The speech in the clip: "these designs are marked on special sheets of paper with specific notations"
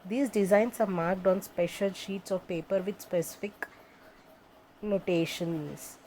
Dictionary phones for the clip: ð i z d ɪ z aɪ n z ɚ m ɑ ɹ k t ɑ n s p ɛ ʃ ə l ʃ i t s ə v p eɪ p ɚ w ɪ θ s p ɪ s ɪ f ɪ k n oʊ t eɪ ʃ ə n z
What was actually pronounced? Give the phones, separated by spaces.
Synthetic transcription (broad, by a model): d i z d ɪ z aɪ n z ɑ m ɑ ɹ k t ɑ n s p ɛ ʃ ə l ʃ i t s ə v p eɪ p ɚ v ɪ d s p ɪ s ɪ f ɪ k n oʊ t eɪ ʃ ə n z